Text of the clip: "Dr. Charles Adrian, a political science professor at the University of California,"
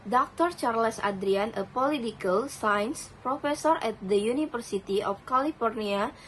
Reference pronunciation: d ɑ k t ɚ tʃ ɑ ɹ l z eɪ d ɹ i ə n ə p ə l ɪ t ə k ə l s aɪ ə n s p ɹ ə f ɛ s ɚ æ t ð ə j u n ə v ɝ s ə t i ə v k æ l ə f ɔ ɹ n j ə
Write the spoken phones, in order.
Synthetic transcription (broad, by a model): d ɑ k t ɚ tʃ ɑ ɹ l s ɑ d ɹ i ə n ə p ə l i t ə k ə l s aɪ n s p ɹ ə f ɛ s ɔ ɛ t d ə j u n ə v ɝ s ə t i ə f k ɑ l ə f ɔ ɹ n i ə